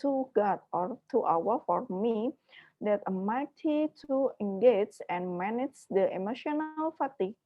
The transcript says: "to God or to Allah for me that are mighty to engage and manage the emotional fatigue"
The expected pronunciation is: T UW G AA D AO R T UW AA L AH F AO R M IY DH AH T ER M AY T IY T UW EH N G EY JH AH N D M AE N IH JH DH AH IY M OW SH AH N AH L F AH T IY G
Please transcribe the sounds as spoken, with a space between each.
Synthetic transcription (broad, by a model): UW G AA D AO R T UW AA W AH F AO R M IY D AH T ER M AY T IY T UW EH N G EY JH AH N M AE N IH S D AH IY M OW SH AH N AH L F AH T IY